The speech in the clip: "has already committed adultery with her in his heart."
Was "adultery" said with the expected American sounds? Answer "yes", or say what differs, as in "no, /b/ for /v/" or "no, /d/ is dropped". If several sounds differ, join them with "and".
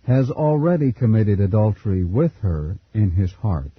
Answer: yes